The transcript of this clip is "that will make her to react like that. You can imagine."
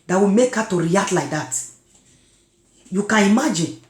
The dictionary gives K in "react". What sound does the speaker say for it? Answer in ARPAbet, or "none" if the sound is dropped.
none